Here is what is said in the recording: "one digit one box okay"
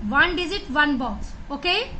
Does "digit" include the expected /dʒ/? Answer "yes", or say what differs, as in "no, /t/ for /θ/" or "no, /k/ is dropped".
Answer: no, /z/ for /dʒ/